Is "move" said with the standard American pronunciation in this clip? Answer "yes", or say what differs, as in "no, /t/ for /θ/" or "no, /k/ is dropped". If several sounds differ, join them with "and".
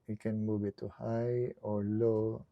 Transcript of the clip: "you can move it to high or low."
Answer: no, /b/ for /v/